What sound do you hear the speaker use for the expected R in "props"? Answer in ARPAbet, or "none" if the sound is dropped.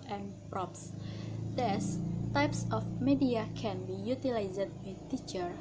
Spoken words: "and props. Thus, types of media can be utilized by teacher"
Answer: R